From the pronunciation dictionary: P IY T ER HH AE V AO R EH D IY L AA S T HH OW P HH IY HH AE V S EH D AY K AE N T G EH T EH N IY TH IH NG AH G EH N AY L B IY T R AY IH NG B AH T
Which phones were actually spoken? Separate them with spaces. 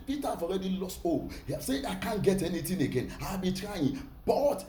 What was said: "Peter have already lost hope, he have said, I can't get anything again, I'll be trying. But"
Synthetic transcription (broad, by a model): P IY T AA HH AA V AO R EH D IY L AA S T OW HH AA S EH AY K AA N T G EH T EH N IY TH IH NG AH G EH N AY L B IY T R AY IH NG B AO T